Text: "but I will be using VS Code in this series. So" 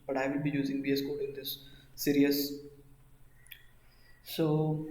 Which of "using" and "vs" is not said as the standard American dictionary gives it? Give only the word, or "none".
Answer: vs